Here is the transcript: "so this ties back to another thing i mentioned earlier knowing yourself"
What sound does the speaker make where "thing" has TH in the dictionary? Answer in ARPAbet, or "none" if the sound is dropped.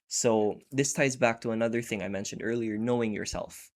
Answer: TH